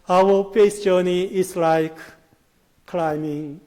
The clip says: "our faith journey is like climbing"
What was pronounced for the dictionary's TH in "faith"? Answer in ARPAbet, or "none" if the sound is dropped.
S